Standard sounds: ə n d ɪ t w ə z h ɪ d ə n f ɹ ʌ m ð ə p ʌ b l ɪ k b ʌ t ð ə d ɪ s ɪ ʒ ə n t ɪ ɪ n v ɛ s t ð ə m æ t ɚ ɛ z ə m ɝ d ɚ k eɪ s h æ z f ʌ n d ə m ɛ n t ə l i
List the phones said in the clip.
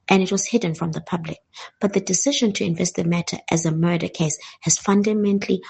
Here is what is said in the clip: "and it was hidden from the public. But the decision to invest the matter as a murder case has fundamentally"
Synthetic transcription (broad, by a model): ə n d ɪ t w ə z h ɪ d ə n f ɹ ʌ m ð ə p ʌ b l ɪ k b ʌ t ð ə d ɪ s ɪ ʒ ə n t ɪ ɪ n v ɛ s t ð ə m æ t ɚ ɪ z ə m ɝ d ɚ k eɪ s h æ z f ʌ n d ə m ɛ n t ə l i